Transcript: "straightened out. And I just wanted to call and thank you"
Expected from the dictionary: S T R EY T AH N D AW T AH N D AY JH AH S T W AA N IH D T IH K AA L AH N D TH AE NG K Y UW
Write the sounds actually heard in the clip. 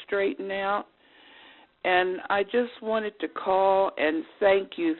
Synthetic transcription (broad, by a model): T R EY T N AW T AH N AY JH AH S T W AA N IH D T IH K AA L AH N TH AE NG K Y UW